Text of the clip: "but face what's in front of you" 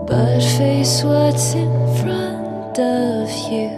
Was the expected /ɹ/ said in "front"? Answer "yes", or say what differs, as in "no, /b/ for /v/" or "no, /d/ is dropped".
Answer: yes